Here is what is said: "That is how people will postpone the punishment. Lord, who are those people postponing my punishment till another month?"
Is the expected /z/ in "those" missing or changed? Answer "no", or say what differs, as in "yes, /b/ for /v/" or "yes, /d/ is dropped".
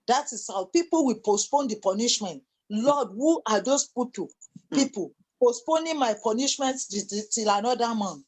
yes, /s/ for /z/